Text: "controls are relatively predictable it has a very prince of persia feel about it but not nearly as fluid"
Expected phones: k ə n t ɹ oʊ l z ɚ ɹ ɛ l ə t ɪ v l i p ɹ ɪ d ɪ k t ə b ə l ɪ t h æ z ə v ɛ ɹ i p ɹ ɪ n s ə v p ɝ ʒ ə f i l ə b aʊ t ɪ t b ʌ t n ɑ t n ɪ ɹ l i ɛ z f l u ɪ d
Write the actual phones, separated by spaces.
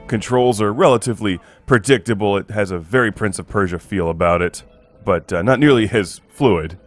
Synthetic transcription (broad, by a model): k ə n t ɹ oʊ l z ɚ ɹ ɛ l ə t ɪ v l i p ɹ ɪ d ɪ k t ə b l ɪ t h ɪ z ə v ɛ ɹ i p ɹ ɪ n s ə v p ɝ ʒ ə f i l ə b aʊ t ɪ t b ʌ t n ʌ t n ɪ ɹ l i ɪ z f l u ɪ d